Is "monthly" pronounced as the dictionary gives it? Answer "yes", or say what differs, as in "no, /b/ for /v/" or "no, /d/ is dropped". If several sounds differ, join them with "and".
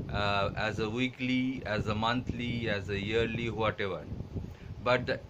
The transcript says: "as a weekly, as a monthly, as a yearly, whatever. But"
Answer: no, /t/ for /θ/